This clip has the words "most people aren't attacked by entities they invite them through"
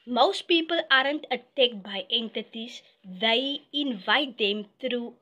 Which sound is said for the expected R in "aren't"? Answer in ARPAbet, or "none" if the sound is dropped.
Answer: R